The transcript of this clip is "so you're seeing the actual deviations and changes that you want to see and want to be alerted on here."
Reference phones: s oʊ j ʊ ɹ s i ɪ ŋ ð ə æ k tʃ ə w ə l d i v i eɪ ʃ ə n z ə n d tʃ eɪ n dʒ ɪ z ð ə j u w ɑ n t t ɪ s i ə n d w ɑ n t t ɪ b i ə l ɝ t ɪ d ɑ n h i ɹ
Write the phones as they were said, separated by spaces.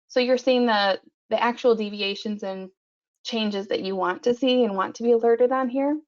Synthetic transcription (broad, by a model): s oʊ j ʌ ɹ s i ɪ ŋ ð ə æ k tʃ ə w l d i v i eɪ ʃ ə n z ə n tʃ eɪ n dʒ ɪ z ð ə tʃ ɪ w ɑ n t t ɪ s i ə n w ɑ n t t ɪ b i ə l ɝ t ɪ d n h i ɹ